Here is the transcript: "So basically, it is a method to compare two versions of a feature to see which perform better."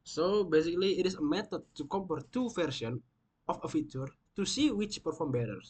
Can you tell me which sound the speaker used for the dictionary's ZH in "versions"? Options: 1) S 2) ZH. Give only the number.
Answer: 1